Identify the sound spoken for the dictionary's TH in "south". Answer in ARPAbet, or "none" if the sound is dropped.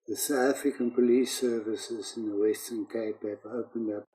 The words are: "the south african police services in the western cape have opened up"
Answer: T